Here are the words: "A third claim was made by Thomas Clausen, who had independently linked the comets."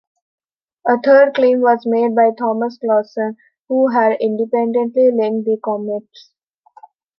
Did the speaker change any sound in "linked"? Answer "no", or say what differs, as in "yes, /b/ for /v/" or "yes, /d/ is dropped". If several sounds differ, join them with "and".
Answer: yes, /k/ is dropped